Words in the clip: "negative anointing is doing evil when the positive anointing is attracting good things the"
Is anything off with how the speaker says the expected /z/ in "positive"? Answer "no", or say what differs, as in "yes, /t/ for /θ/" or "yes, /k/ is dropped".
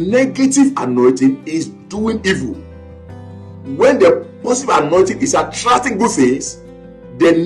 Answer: yes, /s/ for /z/